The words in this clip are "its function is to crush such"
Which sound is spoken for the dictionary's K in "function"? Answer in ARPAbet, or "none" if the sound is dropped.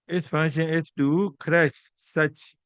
none